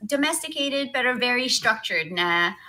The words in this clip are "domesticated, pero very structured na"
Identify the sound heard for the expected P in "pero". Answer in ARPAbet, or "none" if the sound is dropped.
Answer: B